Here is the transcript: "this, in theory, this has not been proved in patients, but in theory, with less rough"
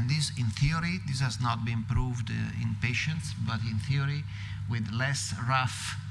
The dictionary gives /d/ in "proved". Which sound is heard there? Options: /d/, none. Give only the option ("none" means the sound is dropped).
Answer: /d/